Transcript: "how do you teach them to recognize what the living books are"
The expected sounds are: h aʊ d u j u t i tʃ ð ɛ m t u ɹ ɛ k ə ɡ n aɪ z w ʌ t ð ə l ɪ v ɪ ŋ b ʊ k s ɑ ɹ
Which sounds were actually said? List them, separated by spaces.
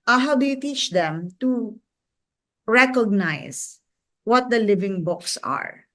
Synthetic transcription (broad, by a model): h aʊ d u j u t i tʃ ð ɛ m t u ɹ ɛ k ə ɡ n aɪ s w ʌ t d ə l ɪ v ɪ ŋ b ʊ k s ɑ ɹ